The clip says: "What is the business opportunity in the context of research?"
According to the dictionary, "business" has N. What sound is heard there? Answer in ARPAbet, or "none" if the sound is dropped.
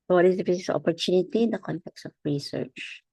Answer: none